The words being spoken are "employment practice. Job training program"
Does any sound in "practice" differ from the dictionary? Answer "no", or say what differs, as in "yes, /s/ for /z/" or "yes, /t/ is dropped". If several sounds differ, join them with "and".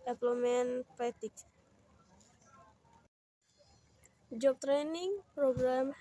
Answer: yes, /ɹ/ is dropped and /k/ is dropped